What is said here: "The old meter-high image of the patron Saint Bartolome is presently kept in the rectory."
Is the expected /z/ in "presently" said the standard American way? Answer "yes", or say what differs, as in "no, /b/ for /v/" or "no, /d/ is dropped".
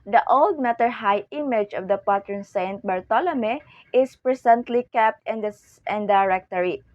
no, /s/ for /z/